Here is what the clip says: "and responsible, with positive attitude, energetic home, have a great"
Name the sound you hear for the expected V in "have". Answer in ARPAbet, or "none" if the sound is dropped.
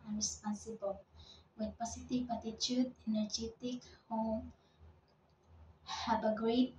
B